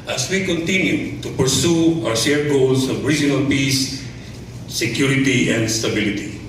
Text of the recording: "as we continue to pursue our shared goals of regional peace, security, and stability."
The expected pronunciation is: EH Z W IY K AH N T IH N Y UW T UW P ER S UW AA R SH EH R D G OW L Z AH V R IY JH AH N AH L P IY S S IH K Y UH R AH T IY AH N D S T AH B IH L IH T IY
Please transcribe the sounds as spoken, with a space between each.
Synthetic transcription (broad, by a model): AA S W IY K AH N T IH N Y UW T UW P ER S UW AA W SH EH R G OW L S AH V R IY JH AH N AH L P IY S S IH K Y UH R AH T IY AH N D S T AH B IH L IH T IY